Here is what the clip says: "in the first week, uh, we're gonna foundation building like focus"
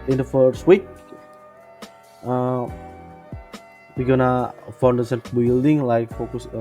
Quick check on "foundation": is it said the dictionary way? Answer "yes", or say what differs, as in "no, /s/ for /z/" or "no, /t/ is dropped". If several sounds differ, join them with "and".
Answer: no, /s/ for /ʃ/